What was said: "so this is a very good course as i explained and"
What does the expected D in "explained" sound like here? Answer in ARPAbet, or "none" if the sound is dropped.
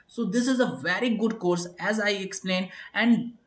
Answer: none